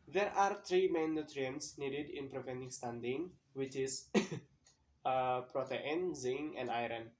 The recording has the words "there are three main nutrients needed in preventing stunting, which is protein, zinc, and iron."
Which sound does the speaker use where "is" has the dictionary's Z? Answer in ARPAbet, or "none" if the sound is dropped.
S